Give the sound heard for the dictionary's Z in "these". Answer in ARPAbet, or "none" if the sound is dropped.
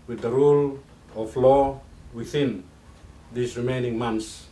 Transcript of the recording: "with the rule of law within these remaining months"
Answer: S